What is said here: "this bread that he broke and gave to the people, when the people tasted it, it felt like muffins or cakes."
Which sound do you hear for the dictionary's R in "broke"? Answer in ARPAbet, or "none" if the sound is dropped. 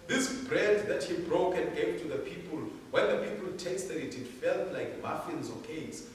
R